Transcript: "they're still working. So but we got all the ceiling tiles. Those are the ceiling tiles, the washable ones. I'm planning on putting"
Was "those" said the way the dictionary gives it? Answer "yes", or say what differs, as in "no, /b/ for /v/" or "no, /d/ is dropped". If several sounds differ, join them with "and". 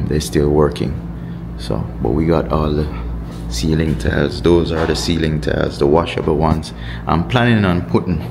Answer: yes